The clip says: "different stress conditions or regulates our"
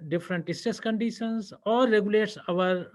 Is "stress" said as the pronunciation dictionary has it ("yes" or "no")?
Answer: no